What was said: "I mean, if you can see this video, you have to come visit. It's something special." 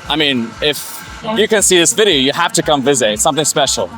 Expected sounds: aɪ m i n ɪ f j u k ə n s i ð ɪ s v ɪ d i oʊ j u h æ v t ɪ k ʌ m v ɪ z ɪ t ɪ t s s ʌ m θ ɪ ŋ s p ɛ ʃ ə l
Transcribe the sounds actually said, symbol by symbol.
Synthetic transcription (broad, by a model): aɪ m i n ɪ f j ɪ k ə n s i ð ɪ s v ɪ d i oʊ j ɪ h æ f t ɪ k ʌ m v ɪ z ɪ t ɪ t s s ʌ m θ ɪ ŋ s p ɛ ʃ l